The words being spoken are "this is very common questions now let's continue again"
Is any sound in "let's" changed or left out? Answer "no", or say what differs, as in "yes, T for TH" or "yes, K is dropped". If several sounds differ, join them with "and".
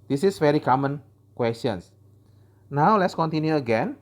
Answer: no